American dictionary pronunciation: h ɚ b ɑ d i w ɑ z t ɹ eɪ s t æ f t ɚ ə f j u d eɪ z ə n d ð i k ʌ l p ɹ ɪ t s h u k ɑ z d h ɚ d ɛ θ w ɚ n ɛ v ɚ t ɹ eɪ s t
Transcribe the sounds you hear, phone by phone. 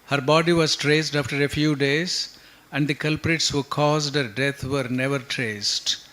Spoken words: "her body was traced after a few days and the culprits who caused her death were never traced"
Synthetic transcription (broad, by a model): h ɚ b ɑ d i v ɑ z t ɹ eɪ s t æ f t ɚ ə f j u d eɪ z ə n d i k ʌ l p ɹ ɪ t s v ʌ k ɑ z d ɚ d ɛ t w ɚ n ɛ v ɚ t ɹ eɪ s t